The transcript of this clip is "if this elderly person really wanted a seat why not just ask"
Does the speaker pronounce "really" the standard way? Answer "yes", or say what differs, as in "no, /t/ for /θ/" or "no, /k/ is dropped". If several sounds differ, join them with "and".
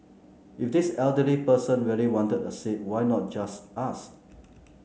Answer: no, /w/ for /ɹ/